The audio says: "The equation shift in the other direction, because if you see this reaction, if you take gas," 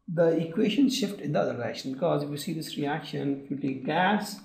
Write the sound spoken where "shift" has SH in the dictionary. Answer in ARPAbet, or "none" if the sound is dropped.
SH